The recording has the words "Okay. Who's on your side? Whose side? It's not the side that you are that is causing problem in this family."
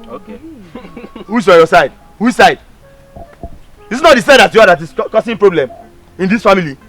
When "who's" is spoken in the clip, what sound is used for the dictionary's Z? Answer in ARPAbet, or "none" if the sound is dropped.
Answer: S